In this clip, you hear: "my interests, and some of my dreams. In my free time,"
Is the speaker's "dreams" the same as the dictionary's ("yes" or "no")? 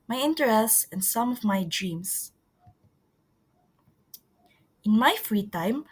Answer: no